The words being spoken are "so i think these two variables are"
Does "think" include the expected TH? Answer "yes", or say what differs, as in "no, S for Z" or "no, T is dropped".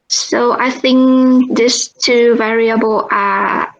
yes